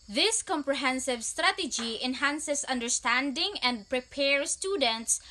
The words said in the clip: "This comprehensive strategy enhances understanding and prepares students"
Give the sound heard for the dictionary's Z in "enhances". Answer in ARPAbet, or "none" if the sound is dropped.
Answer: S